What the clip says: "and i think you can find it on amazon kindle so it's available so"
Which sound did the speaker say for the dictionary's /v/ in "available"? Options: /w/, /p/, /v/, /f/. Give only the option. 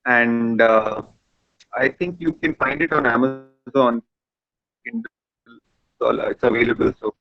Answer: /v/